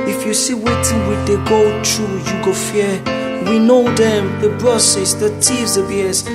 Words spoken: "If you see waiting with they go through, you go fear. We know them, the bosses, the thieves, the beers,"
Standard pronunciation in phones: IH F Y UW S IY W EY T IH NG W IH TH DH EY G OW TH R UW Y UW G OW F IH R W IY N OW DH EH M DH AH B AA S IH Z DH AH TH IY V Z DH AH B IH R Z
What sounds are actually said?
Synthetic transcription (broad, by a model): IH F Y UW S IY W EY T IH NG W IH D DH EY G OW T R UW Y UW G OW F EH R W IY N OW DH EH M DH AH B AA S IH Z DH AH T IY Z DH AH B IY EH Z